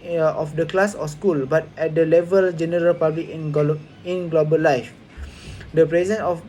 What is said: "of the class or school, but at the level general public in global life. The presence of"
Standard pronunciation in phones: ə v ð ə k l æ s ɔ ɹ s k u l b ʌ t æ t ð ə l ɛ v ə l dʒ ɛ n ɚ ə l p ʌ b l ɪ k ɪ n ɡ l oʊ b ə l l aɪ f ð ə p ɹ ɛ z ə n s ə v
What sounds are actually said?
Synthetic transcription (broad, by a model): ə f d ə k l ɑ s ɔ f s k u l b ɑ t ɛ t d ə l ɛ v ə l dʒ ɛ n ɚ ə l p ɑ b l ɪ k ɪ n ɡ l oʊ b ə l l aɪ f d ə p ɹ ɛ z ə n ə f